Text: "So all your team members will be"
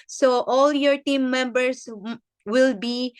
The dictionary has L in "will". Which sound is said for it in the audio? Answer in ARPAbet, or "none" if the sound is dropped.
L